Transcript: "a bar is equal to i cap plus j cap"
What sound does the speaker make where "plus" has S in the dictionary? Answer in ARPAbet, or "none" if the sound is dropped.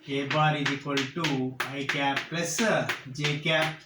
none